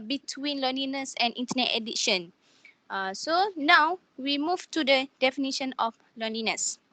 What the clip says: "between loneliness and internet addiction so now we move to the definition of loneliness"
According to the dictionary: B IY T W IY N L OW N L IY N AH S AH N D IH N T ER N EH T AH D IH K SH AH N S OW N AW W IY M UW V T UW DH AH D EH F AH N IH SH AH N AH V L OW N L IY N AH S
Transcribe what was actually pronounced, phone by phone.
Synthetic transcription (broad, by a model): B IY T W IY N L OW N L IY N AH S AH N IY N T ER N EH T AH D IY SH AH N S OW N AW W IY M UW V T UW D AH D EH F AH N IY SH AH N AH F L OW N L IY N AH S